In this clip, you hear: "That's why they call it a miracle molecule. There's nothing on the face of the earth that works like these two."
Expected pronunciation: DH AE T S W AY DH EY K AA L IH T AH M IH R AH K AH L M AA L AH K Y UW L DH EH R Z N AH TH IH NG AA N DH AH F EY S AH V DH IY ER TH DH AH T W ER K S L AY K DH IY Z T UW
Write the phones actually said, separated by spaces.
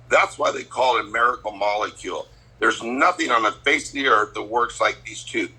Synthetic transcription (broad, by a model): DH AE T S W AY DH EY K AA L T AH M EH R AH K L M AA L AH K Y UW L DH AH R Z N AH TH IH NG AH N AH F EY AH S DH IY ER DH AH T W ER K S L AY K DH IY Z T UW